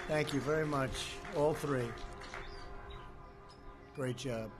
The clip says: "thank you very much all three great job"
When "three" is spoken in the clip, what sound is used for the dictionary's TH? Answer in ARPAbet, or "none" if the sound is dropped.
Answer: TH